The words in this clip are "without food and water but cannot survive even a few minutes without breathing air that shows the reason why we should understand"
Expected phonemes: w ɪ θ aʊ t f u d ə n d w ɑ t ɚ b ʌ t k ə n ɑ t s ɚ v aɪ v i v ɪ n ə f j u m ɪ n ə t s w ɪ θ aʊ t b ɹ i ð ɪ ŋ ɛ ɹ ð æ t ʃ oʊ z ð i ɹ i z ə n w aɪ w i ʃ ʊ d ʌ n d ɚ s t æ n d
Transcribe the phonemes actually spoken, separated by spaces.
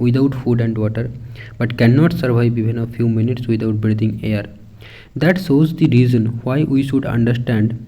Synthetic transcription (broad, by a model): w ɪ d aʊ t f u d ə n d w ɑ t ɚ b ʌ t k ə n ɑ t s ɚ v aɪ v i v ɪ n ə f j u m ɪ n ə t s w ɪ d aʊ t b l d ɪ ŋ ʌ ɹ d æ t s oʊ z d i ɹ i z ə n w aɪ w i ʃ ʊ d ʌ n d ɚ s t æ n d